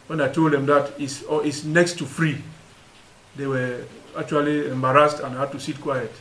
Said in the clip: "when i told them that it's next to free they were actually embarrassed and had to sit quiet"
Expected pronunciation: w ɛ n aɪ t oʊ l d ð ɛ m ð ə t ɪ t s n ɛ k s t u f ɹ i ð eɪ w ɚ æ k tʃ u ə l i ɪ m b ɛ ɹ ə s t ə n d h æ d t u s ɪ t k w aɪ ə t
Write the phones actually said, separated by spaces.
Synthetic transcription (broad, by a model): w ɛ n aɪ t oʊ l d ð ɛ m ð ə t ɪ s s n ɛ k s t u f ɹ i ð eɪ w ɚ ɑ k tʃ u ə l i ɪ m b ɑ ɹ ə s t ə n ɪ h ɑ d t u s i t k w aɪ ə t